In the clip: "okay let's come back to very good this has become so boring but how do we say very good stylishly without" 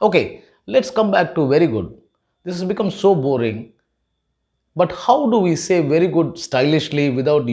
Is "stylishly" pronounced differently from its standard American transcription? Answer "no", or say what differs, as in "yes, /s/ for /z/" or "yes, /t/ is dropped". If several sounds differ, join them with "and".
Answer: no